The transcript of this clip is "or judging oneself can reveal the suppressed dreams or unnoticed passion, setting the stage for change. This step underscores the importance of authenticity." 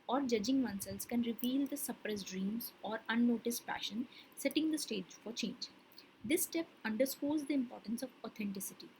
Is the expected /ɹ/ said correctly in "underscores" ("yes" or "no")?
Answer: no